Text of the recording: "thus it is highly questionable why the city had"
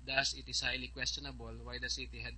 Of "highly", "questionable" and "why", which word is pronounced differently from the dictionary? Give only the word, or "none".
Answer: none